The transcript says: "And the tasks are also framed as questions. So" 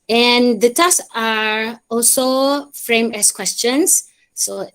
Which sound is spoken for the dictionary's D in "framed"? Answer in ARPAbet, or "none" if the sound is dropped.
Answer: none